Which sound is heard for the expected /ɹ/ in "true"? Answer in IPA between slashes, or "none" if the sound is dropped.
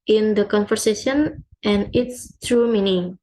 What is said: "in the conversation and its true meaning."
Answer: /ɹ/